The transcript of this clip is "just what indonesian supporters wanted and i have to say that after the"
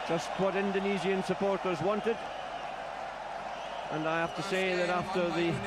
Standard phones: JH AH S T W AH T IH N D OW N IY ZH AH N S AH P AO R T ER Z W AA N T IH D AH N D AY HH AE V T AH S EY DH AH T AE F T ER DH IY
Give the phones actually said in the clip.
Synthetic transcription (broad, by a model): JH AH S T W AH T IH N D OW N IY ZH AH N S AH P AO R T ER Z W AA N T IH D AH N AY HH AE F T AH S EY DH AH T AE F T ER DH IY